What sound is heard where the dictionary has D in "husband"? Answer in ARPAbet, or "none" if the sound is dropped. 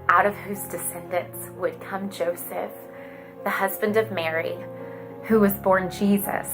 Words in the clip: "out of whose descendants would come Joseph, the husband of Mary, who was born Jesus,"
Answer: D